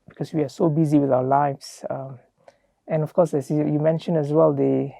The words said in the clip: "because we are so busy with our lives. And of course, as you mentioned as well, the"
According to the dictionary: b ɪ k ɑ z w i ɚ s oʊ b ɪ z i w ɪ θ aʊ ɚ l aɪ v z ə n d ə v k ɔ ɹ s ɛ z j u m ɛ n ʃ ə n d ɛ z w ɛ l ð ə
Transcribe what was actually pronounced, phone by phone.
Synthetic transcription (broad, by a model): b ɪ k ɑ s w i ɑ s oʊ b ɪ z i w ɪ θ aʊ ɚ l aɪ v s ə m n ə f k ɔ s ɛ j j u m ɛ n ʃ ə n ɛ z w ɛ l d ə